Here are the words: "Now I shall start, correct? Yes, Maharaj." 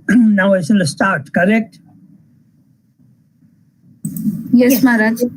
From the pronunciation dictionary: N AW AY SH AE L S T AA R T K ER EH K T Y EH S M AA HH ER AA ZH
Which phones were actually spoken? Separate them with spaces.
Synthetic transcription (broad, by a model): N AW AY S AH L S T AA R T K ER EH K T Y EH S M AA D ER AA